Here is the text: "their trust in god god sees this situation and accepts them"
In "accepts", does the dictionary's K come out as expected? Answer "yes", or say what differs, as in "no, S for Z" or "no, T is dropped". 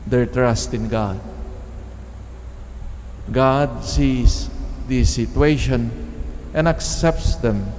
yes